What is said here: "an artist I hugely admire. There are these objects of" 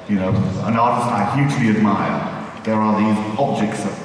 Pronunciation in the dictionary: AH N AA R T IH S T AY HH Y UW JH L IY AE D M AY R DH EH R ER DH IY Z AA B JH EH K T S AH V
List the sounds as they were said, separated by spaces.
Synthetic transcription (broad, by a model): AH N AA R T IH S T AY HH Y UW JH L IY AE D M AY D DH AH R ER DH IY Z AA B JH EH K T S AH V